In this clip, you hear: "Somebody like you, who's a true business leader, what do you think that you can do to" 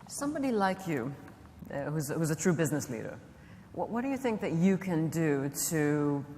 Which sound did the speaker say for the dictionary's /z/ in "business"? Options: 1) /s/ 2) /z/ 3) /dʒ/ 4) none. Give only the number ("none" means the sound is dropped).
2